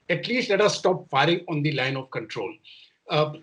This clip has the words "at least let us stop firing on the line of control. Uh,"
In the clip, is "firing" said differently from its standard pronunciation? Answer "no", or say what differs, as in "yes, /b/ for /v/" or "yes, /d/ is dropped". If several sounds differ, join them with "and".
no